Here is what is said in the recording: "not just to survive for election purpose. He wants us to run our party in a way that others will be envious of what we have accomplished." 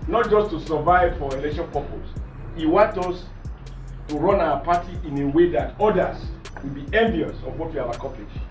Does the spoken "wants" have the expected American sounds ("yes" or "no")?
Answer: no